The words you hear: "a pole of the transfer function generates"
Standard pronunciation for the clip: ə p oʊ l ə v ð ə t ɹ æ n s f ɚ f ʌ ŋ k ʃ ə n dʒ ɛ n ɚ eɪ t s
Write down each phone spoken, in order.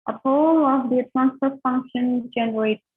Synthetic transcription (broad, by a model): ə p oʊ l ə v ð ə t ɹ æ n s p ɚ f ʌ ŋ k ʃ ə n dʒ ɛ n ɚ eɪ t